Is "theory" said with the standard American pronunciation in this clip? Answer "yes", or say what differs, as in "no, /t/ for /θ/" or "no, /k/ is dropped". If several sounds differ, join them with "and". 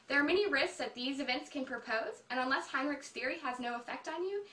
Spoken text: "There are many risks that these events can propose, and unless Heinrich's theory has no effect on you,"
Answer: yes